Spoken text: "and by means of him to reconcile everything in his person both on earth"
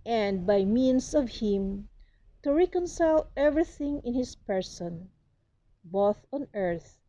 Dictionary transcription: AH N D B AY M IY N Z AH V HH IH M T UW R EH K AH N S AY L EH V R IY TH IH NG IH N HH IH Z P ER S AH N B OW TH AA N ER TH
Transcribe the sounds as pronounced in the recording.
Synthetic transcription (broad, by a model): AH N D B AY M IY N S AH V HH IH M T UW R EH K AH N S AY L EH V R IY TH IH NG IH N HH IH S P ER S AH N B OW TH AA N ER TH